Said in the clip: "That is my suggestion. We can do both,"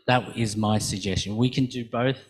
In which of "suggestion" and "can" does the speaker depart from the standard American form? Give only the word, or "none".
none